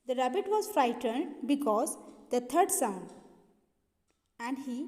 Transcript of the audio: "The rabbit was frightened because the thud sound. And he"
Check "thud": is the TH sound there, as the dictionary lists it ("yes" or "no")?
no